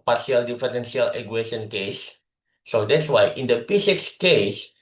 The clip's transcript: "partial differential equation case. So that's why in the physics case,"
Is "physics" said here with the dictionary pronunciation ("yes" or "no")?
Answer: no